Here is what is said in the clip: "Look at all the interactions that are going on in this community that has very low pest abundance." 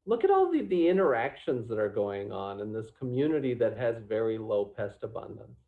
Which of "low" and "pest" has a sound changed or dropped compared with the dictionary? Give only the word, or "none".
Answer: none